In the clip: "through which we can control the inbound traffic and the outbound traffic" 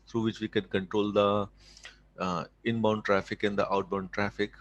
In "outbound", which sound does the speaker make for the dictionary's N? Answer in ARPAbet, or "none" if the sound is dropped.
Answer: N